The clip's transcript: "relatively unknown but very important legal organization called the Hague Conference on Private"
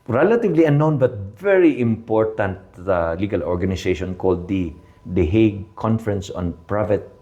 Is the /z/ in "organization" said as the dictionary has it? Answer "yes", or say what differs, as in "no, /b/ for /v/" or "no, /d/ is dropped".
no, /s/ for /z/